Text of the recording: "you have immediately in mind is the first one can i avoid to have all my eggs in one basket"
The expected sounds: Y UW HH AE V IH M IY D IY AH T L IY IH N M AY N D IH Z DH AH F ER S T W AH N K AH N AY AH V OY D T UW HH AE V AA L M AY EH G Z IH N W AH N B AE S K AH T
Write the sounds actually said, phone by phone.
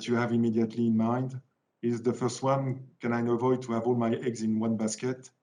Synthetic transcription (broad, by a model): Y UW HH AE V IH M IY D IY AH T L IY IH N M AY N D IH Z DH AH F ER S T W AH N K AH N AY AH V OY D T UW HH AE V AA L M AY EH G Z IH N W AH N B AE S K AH T